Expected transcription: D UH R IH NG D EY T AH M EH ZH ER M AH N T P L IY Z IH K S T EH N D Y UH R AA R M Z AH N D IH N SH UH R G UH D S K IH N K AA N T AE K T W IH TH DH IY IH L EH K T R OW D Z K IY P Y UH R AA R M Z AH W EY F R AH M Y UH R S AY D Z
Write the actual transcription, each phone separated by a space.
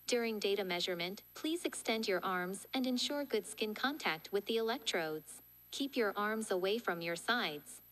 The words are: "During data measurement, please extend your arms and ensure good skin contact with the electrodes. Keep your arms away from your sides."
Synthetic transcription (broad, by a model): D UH R IH NG D EY T AH M EH ZH ER M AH N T P L IY Z IH K S T EH N D Y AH R AA R M Z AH N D IH N SH UH R G UH D S K IH N K AA N T AE K T W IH DH IY IH L EH K T R OW D Z K IY P Y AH R AA R M Z AH W EY F R AH M Y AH R S AY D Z